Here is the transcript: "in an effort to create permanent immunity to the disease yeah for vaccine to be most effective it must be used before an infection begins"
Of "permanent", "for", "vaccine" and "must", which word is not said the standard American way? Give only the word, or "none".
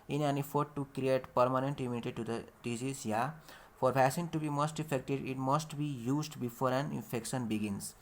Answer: vaccine